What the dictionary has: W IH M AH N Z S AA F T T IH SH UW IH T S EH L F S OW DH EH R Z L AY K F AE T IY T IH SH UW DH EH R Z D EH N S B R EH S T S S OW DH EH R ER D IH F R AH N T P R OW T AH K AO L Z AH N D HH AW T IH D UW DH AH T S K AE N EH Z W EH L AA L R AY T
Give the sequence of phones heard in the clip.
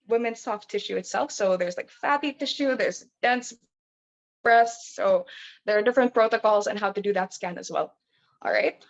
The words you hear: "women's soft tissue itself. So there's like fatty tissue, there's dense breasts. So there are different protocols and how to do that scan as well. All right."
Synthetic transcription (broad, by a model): W IH M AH N S AA F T T IH SH UW IH T S EH L F S OW DH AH R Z L AY K F AE T IY T IH SH UW DH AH R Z D EH N S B R EH S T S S OW DH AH R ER D IH F R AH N P R OW T AH K AO L Z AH N HH AW T IH D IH DH AH T S K AE N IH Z W EH L AA L R AY T